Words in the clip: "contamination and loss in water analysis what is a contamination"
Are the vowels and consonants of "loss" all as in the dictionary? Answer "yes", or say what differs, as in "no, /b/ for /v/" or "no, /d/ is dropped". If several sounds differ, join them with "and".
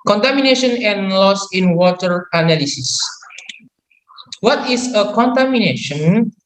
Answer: yes